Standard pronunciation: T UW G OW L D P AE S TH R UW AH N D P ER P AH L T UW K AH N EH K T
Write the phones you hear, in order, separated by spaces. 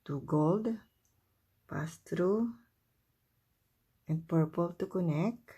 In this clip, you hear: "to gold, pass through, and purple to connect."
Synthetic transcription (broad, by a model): T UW G OW L D P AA S T R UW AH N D P ER P AH L T UW K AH N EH K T